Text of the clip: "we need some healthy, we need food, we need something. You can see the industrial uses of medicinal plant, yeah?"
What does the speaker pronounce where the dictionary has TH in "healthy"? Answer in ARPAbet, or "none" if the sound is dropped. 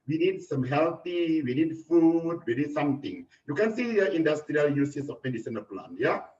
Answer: T